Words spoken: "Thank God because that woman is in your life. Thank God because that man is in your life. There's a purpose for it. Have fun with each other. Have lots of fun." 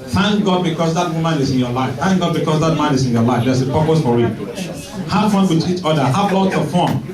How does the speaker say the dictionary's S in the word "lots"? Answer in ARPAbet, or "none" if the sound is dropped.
none